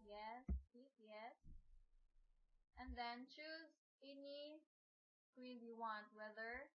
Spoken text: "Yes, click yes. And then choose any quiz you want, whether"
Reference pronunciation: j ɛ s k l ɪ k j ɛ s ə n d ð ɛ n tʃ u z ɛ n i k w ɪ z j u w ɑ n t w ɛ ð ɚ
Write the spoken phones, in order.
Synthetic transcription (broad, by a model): j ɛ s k i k j ɛ s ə n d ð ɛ n tʃ u z ɛ n i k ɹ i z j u w ɑ n t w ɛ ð ɚ